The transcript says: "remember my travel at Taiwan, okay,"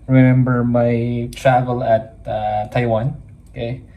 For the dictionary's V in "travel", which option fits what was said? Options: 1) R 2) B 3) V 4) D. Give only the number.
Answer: 3